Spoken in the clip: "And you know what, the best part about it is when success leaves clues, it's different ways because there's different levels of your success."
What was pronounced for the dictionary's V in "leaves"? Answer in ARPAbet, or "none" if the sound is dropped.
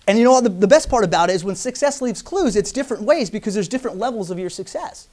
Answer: V